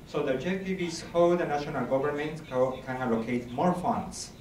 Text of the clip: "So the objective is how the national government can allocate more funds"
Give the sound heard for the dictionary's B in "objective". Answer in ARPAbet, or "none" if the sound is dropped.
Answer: none